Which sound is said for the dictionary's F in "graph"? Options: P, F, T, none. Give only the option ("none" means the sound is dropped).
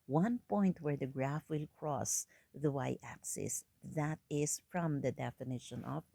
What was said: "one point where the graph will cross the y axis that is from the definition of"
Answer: F